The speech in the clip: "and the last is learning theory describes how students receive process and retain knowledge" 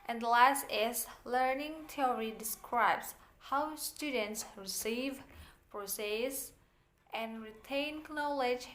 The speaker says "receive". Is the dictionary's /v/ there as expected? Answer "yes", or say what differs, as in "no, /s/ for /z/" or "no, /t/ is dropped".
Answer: yes